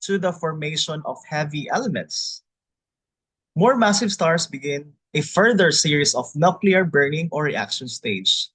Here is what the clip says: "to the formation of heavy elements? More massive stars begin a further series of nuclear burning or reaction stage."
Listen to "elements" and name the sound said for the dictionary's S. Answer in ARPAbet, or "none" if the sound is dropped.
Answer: S